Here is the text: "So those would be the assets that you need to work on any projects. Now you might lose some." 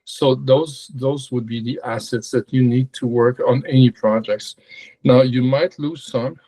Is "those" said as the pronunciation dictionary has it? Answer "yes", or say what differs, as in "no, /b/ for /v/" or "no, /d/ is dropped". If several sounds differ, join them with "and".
yes